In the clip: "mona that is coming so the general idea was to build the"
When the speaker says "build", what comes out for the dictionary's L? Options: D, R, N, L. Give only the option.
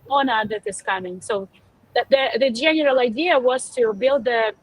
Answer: L